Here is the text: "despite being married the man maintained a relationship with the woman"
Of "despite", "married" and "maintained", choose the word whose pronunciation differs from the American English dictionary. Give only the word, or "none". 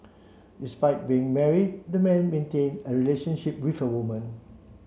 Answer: maintained